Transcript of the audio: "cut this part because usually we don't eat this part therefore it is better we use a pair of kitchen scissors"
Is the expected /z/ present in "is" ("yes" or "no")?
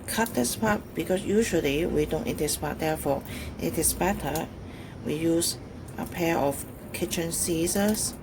no